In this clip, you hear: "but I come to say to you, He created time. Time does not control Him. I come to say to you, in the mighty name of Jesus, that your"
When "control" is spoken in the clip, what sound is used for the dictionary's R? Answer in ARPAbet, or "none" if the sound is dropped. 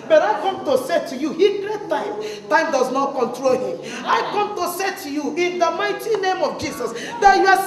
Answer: R